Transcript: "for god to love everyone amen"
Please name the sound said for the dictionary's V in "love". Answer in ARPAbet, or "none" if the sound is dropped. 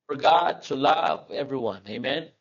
V